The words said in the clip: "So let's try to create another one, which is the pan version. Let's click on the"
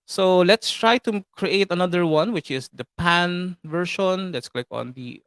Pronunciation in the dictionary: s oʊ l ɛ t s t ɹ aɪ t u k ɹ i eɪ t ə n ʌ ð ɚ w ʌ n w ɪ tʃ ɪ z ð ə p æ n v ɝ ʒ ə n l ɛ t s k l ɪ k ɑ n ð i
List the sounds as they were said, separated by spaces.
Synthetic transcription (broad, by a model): s oʊ l ɛ t s t ɹ aɪ t u k ɹ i eɪ t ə n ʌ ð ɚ w ʌ n w ɪ tʃ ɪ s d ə p æ n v ɝ ʃ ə n l ɛ t s k l ɪ k ɑ n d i